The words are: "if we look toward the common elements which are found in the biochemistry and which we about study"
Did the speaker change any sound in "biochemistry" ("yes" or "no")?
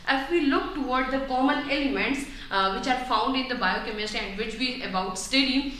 yes